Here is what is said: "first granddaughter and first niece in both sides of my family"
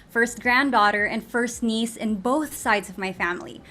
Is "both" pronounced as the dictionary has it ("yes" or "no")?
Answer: yes